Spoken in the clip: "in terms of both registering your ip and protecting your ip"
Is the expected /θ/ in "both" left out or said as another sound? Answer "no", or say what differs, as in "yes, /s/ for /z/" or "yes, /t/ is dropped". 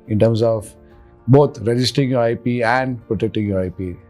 yes, /t/ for /θ/